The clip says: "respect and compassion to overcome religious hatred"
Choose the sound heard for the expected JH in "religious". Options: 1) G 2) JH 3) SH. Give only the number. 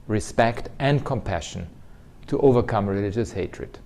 2